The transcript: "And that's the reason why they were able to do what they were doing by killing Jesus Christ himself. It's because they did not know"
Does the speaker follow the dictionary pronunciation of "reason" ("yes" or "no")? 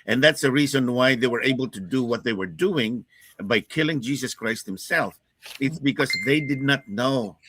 yes